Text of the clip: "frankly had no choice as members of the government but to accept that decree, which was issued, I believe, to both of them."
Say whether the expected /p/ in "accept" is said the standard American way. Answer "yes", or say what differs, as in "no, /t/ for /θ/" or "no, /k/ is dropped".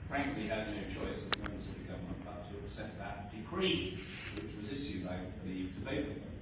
no, /p/ is dropped